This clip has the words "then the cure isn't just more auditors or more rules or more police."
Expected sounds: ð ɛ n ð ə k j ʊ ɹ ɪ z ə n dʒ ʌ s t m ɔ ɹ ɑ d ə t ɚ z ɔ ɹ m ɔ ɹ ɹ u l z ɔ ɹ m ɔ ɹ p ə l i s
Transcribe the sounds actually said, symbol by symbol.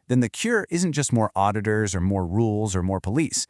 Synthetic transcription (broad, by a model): ð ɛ n ð ə k j ʊ ɹ ɪ z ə n dʒ ʌ s t m ɔ ɹ ɑ d ə t ɚ z ɔ ɹ m ɔ ɹ ɹ u l z ɔ ɹ m ɔ ɹ p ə l i s